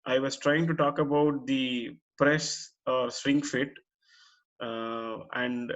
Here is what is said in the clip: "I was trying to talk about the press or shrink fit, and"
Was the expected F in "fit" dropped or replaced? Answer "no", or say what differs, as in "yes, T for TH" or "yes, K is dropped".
no